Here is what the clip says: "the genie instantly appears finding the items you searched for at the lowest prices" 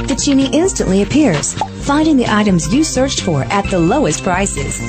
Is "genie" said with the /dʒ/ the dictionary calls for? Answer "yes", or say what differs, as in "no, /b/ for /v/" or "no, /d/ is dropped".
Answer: no, /tʃ/ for /dʒ/